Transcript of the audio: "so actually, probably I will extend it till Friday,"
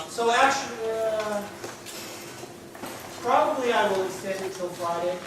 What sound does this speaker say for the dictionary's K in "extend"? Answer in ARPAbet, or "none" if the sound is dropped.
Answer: none